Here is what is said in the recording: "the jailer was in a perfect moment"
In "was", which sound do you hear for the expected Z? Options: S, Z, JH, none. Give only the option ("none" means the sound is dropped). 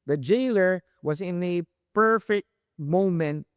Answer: Z